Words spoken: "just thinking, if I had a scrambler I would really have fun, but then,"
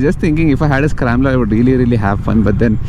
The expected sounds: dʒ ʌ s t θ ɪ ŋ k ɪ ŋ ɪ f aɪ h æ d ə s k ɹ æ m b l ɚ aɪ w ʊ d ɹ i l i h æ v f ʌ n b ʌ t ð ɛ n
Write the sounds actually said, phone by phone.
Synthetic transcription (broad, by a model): dʒ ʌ s t t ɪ ŋ k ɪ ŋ ɪ f aɪ h æ d ə s k ɹ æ m l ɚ aɪ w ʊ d ɹ i l i h æ v f ʌ n b ʌ t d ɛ n